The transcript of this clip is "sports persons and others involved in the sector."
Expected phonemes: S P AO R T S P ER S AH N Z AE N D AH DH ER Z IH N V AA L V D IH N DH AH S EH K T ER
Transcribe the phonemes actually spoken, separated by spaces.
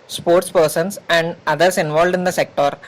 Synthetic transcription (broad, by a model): S P AO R T S P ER S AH N S AE N D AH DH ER S IH N V AA L V D IH N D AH S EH K T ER